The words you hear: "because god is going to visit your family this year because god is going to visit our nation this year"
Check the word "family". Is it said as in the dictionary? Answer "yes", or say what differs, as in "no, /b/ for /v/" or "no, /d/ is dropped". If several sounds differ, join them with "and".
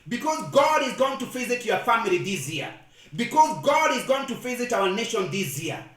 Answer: yes